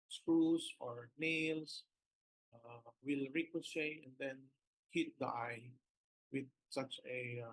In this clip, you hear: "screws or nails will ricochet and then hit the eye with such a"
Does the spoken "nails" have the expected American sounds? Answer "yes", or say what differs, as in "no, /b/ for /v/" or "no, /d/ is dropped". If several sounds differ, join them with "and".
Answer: no, /s/ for /z/